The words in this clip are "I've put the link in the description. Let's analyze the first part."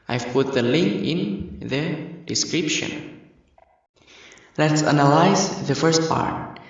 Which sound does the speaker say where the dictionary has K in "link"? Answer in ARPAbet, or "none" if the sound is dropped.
K